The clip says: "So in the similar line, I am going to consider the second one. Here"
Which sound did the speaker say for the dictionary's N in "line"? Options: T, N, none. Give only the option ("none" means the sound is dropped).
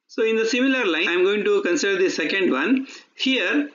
none